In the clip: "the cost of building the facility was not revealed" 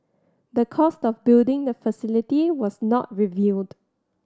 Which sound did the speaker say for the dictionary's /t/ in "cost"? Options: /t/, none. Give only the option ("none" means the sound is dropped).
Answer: /t/